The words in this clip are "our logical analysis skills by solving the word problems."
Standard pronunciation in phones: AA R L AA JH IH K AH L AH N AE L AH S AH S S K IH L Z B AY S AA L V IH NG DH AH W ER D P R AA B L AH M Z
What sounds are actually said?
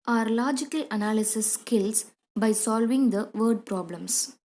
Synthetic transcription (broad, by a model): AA R L AA JH IH K AH L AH N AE L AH S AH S S K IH L S B AY S AA L V IH NG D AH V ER D P R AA B L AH M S